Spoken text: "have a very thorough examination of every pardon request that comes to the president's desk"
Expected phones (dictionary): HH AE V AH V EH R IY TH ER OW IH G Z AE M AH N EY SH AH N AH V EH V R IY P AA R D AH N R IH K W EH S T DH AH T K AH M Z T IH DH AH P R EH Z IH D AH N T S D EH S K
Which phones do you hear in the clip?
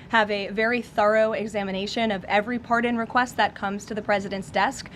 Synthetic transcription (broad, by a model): HH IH V AH V EH R IY TH ER OW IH G Z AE M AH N EY SH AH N AH V EH V R IY P AA R D AH N R IH K W EH S T DH AH T K AH M Z T IH DH AH P R EH Z IH D AH N T S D EH S K